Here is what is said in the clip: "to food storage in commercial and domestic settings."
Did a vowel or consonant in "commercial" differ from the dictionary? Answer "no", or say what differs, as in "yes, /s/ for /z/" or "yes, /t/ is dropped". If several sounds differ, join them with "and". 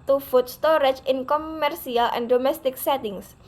yes, /s/ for /ʃ/